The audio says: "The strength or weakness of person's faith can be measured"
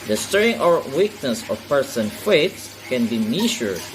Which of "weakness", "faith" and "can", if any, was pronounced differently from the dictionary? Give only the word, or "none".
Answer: faith